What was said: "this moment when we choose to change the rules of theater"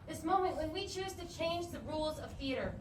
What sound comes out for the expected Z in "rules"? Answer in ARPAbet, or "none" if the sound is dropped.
Z